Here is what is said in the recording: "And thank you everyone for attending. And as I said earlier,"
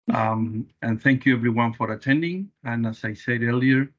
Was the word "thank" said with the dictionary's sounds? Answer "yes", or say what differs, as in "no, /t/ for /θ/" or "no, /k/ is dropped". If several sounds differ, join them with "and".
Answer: yes